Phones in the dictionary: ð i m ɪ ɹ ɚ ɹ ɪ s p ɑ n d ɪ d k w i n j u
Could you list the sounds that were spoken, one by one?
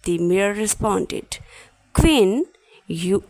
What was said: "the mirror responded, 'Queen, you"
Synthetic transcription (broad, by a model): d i m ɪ ɚ ɹ ɪ s p ɑ n d ɪ d k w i n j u